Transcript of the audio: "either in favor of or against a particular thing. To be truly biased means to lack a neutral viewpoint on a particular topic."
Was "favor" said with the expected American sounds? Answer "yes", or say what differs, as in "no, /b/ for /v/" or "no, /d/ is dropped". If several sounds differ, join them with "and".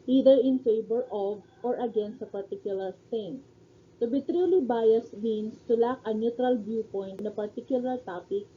no, /b/ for /v/